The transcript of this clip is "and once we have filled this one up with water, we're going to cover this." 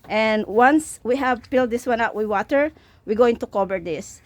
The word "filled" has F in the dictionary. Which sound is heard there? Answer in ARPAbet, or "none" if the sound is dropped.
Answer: P